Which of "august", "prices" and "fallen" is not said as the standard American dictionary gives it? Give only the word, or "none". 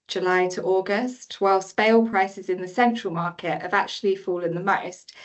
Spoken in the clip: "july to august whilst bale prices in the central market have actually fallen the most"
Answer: none